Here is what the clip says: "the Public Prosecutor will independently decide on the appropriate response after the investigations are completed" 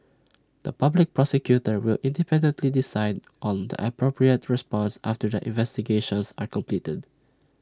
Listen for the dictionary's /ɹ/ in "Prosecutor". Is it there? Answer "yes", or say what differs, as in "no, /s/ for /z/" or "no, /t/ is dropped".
yes